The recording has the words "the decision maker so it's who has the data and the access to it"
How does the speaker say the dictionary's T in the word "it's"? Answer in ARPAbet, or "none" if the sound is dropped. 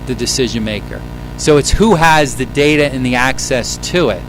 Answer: T